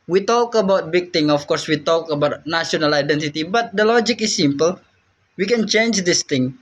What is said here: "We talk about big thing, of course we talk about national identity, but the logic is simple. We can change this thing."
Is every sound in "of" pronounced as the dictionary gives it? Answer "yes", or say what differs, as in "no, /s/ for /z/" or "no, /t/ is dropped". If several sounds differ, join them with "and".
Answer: no, /f/ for /v/